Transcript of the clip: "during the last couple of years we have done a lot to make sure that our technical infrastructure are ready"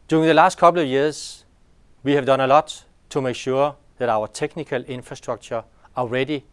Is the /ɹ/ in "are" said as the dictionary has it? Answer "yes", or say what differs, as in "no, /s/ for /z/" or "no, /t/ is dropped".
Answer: no, /l/ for /ɹ/